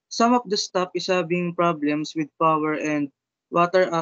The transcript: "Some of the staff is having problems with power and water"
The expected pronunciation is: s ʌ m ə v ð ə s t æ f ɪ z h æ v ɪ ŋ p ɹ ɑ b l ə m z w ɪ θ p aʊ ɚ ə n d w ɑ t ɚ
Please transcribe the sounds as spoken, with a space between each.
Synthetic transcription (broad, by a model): s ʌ m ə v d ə s t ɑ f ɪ s h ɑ b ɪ ŋ p ɹ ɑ b l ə m s w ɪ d p aʊ ɚ ə n d w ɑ t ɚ